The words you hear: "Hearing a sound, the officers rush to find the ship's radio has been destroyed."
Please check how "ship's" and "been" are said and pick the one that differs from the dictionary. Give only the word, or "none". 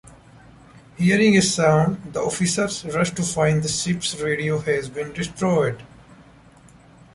ship's